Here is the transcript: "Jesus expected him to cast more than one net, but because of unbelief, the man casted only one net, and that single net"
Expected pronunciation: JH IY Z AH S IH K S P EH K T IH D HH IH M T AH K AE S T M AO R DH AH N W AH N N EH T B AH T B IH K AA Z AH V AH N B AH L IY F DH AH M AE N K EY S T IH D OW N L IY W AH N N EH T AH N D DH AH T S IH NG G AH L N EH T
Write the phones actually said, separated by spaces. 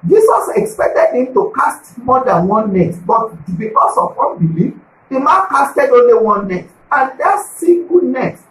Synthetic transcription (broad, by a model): JH IY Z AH S IH K S P EH K T IH D HH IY M T AH K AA S T M AO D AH N W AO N N EH T B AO T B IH K AA S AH W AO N B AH L IY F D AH M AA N K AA S T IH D OW N L IY W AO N N EH T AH N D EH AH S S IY G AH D N EH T